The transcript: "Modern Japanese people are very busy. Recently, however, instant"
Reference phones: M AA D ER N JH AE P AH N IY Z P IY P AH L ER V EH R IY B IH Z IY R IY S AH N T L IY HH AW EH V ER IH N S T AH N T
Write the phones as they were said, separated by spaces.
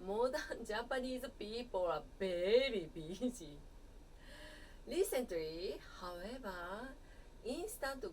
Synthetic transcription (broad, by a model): M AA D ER N JH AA P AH N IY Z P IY P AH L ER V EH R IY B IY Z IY L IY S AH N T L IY HH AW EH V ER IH N S T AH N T